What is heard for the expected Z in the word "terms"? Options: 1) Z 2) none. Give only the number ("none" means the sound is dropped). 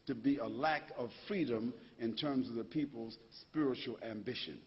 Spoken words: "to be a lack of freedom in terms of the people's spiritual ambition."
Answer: 1